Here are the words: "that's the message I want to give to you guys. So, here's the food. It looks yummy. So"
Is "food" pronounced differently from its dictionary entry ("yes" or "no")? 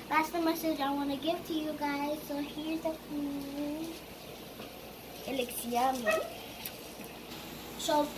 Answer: yes